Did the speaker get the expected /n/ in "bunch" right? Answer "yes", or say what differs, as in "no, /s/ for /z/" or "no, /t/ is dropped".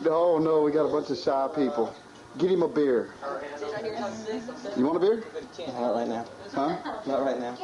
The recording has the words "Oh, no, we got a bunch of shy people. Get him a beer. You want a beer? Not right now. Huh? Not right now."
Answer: yes